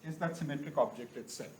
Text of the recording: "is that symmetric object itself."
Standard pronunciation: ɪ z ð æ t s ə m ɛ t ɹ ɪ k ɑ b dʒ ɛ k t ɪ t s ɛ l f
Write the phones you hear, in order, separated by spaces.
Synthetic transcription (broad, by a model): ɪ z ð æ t s ə m ɛ t ɹ ɪ k ɑ b dʒ ɛ k t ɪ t s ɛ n